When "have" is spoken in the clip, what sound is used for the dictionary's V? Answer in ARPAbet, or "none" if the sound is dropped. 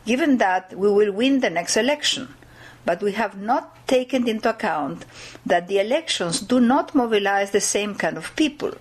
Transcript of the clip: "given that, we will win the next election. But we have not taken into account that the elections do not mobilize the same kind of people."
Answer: V